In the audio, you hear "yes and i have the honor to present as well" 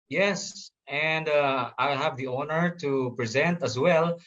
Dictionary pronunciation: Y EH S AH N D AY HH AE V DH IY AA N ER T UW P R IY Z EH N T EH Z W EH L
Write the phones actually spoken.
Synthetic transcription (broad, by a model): Y EH S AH N D AY HH AE V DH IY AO N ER T UW P R IY Z EH N T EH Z W EH L